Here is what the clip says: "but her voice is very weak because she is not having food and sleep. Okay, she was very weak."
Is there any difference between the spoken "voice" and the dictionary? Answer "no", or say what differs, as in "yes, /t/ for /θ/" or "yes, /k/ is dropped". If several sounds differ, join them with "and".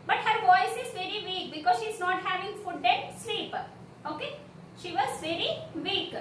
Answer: no